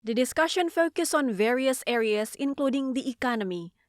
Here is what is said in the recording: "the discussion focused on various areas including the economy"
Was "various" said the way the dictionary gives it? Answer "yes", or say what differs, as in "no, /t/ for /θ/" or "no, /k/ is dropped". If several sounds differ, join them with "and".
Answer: yes